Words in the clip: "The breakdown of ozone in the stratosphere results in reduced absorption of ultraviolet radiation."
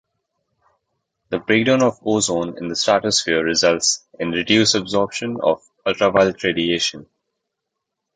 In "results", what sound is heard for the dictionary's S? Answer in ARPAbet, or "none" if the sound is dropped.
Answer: S